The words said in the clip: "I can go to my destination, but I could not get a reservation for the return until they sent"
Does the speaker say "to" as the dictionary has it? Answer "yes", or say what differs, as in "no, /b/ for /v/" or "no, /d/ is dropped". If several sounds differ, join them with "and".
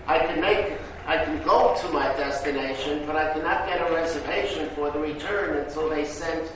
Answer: yes